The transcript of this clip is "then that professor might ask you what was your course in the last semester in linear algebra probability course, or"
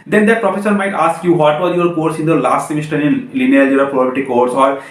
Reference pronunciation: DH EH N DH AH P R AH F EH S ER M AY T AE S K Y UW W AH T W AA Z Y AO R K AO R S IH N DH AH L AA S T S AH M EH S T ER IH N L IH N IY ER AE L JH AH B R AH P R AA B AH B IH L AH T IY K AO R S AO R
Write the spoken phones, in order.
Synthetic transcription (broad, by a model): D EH N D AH P R AH F EH S ER M AY T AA S K Y UW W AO T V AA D Y AO R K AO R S IH N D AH L AA S T S AH M EH S T ER IH N L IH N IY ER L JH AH R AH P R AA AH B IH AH T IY K AO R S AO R